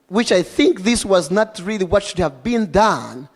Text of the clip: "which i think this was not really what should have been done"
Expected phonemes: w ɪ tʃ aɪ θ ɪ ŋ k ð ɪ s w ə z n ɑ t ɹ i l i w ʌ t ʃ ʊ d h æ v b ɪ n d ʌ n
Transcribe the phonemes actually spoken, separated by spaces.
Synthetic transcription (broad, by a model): w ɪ tʃ aɪ θ ɪ ŋ k ð ɪ s w ə z n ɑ t ɹ i l i w ʌ t ʃ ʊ d h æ v b ɪ n d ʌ n